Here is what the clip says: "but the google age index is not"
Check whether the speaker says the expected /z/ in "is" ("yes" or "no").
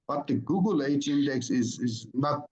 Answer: yes